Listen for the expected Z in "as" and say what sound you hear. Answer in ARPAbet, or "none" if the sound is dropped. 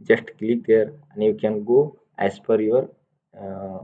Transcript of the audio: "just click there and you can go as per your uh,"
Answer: S